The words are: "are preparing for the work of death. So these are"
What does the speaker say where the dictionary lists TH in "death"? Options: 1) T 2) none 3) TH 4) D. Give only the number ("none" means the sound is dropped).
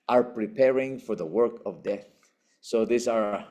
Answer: 3